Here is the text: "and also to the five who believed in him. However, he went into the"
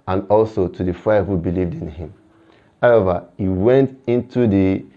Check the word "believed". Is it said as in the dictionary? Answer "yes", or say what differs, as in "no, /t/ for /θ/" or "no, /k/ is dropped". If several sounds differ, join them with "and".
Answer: yes